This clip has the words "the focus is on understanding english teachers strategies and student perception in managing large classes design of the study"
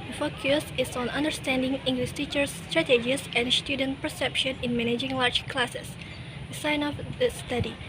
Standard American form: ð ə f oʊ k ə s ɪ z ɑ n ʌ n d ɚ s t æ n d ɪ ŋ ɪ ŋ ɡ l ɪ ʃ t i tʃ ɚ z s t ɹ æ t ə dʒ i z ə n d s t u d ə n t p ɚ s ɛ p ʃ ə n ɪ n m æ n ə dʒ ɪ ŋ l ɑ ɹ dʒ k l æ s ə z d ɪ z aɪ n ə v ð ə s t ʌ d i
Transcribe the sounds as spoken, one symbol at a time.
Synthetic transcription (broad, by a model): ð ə f oʊ k ə s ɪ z ɑ n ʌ n d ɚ s t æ n d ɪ ŋ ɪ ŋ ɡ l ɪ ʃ t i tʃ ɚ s t ɹ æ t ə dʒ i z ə n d s t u d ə n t p ɚ s ɛ p ʃ ə n ɪ n m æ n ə dʒ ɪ ŋ l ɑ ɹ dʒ k l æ s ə s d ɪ s aɪ n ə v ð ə s t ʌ d i